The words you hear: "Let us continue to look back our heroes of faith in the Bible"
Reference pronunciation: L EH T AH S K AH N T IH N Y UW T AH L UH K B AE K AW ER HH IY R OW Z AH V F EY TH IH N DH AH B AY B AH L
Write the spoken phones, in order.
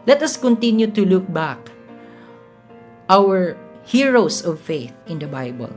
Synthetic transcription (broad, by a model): L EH T AH S K AH N T IH N Y UW T AH L UH K B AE K AW ER HH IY R OW S AH V F EY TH IH N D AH B AY B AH L